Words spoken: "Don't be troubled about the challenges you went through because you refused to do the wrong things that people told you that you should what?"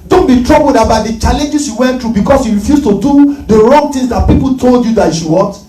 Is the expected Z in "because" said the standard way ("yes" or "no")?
no